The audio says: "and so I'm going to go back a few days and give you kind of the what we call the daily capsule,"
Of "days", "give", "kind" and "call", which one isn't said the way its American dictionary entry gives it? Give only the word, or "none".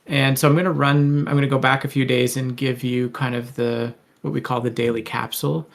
none